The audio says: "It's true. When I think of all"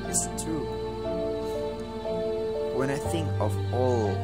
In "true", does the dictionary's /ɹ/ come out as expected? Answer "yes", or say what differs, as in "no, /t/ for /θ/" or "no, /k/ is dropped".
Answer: no, /ɹ/ is dropped